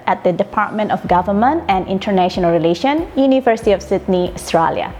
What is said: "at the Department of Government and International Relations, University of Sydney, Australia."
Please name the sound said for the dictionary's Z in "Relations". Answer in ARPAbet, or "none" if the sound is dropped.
none